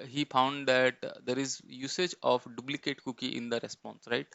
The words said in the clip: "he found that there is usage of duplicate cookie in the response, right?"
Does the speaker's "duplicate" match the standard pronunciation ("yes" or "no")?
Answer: no